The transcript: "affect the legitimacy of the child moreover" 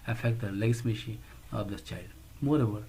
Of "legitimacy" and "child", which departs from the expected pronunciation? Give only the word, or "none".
legitimacy